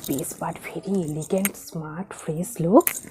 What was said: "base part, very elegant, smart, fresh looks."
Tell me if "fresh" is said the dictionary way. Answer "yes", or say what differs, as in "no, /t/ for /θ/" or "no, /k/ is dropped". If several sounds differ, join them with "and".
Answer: no, /s/ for /ʃ/